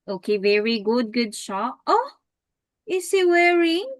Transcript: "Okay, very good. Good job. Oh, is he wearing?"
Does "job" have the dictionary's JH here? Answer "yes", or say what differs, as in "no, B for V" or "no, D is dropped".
no, SH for JH